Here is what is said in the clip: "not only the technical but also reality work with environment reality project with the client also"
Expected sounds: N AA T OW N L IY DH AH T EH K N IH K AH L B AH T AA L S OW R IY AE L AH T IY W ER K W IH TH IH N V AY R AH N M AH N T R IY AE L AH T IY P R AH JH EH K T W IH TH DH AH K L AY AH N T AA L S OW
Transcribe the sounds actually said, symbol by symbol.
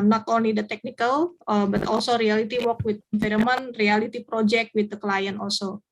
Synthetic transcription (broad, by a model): N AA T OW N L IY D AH T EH K N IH K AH L B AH T AA L S OW R IY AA L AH T IY W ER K W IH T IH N F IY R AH M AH N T R IY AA L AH T IY P R AH JH EH K T W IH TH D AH K L AY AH N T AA L S OW